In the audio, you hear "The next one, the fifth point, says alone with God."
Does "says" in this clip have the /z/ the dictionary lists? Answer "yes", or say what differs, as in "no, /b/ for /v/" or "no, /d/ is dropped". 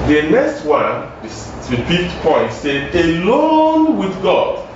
no, /z/ is dropped